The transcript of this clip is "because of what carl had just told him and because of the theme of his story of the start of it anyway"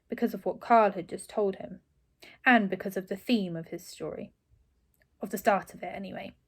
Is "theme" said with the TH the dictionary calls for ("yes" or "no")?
yes